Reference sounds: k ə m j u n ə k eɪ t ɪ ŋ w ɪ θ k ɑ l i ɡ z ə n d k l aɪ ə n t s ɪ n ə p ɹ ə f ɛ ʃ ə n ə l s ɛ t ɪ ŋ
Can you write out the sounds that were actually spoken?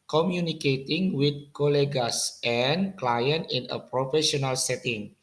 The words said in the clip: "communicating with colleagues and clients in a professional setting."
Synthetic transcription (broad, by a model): k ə m j u n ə k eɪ t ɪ ŋ w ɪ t k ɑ l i ɡ s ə n k l aɪ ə n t ɪ n ə p ɹ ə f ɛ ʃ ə n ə l s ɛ t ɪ ŋ